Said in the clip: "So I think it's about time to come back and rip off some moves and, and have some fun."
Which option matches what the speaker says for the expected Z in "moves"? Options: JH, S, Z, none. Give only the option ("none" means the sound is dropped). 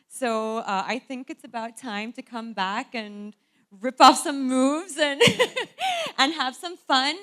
Z